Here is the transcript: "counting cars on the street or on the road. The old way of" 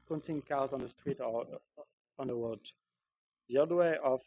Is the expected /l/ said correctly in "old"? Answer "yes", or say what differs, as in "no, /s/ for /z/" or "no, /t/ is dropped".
no, /l/ is dropped